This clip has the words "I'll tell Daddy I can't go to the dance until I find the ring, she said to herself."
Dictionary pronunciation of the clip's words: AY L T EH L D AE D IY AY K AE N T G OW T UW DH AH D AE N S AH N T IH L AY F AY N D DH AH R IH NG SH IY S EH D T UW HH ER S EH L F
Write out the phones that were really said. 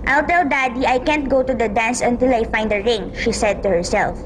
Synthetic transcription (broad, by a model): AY L T EH L D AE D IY AY K AE N T G OW T UW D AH D AE N S AH N T IH L AY F AY N D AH R IH NG SH IY S EH D T UW HH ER S EH L F